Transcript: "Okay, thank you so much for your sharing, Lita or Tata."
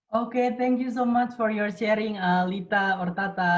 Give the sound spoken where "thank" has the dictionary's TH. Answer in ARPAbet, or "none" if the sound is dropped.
T